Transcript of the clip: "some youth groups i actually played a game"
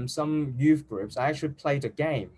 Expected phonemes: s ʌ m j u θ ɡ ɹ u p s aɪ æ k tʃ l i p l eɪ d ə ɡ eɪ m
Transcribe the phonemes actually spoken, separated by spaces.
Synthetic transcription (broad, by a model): s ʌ m j u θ ɡ ɹ u p s aɪ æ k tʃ i p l eɪ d ə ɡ eɪ m